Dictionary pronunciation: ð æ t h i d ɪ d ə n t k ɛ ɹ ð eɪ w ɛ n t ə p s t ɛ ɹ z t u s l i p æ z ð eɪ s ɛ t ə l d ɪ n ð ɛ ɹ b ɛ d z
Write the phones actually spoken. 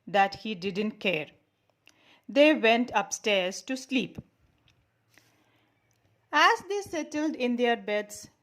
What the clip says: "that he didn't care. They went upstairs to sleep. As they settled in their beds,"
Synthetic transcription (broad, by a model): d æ t h i d ɪ d ə n t k ɛ ɹ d eɪ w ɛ n t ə p s t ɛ ɹ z t u s l i p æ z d eɪ s ɛ t ə l d ɪ n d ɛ ɹ b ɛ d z